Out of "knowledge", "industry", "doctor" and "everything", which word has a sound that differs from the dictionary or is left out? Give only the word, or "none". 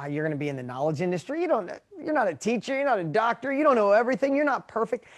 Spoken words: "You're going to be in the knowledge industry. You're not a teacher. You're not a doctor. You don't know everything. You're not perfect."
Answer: none